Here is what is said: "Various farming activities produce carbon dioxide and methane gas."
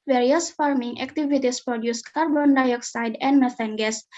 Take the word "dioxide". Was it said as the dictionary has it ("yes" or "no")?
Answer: yes